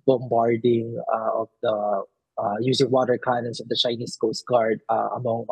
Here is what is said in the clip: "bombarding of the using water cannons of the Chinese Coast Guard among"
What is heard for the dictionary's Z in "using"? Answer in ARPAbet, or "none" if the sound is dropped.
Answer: S